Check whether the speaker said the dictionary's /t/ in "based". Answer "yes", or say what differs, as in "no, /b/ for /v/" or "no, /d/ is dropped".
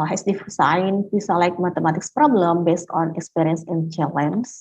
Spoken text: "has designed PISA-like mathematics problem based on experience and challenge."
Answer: yes